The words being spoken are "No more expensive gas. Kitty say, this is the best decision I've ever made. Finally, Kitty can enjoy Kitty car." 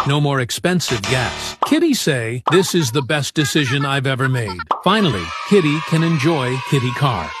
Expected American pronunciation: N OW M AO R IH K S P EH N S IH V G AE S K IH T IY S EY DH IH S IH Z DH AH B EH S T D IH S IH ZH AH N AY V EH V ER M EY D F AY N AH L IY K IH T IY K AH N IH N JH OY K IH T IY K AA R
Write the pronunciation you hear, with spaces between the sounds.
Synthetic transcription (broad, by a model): N OW M AO R IH K S P EH N S IH V G AE S K IH T IY S EY DH IH S IH Z DH AH B EH S D IH S IH ZH AH N AY V EH V ER M EY D F AY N L IY K IH T IY K AH N IH N JH OY K IH T IY K AA R